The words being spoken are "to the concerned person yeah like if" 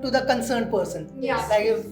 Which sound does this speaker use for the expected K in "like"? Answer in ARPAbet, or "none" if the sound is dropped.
none